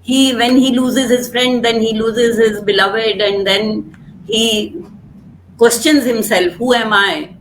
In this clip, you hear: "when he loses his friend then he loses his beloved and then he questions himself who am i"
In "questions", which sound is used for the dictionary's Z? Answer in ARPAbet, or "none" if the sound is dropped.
Z